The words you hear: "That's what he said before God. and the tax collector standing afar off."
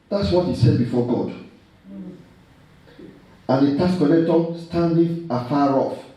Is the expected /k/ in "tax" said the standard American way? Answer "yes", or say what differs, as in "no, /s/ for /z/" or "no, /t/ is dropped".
no, /k/ is dropped